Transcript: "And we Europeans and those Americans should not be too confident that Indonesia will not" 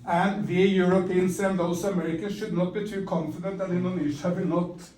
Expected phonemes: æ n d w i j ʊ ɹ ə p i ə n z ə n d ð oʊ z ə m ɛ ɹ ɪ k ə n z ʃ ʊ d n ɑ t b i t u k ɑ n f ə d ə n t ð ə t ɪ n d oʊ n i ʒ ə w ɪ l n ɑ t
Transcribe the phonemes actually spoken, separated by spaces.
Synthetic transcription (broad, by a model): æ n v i j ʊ ɹ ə p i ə n s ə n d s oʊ ə m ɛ ɹ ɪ k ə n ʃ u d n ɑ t b i t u k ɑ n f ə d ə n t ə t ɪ n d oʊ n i ʃ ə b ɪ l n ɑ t